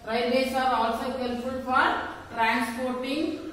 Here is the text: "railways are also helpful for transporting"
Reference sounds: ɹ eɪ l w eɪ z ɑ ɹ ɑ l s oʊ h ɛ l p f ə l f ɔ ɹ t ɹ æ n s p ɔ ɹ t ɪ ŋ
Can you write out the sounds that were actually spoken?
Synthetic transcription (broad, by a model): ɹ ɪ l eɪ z ɑ ɹ ɑ l s oʊ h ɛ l f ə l f ɔ ɹ t ɹ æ n s p ɔ ɹ t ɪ ŋ